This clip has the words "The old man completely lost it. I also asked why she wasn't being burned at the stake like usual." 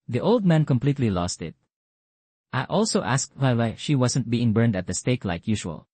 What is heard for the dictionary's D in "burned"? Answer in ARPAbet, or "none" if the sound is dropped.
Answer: D